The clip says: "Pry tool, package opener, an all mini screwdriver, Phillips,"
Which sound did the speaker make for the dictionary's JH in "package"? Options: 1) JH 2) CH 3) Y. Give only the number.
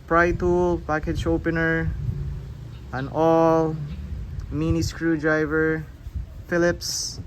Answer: 2